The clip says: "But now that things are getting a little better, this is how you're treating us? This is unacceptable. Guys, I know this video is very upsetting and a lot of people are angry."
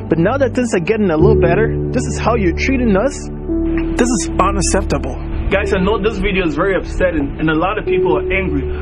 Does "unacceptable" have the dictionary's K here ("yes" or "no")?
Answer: no